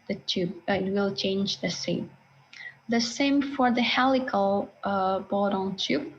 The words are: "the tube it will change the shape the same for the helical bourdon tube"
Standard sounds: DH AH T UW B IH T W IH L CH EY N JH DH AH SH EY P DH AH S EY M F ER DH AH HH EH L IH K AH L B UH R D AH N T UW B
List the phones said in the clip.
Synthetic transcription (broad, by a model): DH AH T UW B IH T W IH L CH EY N JH DH AH S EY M DH AH S EY M F ER DH AH HH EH L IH K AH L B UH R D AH N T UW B